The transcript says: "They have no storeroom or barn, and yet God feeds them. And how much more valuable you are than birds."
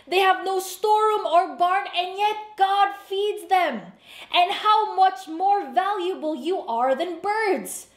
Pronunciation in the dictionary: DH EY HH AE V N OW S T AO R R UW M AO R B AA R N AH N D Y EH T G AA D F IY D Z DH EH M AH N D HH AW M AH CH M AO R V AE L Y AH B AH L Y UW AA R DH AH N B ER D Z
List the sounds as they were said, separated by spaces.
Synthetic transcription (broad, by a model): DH EY HH AE V N OW S T AO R R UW M AO R B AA R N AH N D Y EH T G AA D F IY D Z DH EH M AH N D HH AW M AH CH M AO R V AE L Y AH B AH L Y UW AA R DH AH N B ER D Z